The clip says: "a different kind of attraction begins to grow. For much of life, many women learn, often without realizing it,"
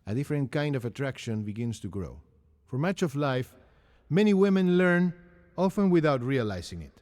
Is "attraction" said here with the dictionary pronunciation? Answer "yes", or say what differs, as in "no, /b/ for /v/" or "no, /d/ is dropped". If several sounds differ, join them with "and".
yes